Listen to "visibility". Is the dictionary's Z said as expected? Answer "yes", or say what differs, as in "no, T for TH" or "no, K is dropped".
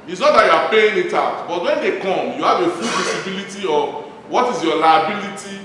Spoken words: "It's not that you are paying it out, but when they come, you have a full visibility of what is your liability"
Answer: no, S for Z